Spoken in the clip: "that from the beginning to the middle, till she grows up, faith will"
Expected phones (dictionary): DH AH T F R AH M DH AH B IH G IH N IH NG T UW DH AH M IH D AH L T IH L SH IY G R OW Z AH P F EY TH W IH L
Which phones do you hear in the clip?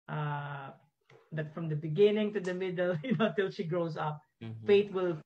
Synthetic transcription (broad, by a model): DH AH T F R AH M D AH B IH G IH N IH NG T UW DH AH M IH D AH L T IH L SH IY G R OW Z AH P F EY T W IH L